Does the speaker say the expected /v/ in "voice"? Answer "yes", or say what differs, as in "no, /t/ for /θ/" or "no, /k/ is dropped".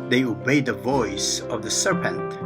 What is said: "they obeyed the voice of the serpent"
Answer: yes